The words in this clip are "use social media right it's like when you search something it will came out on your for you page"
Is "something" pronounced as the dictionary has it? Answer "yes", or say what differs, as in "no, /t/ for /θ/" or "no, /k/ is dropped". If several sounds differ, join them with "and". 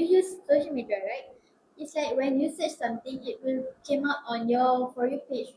no, /t/ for /θ/